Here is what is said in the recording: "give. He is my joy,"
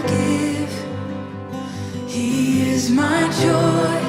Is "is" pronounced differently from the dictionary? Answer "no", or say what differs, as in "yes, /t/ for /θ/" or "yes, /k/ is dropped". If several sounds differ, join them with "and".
no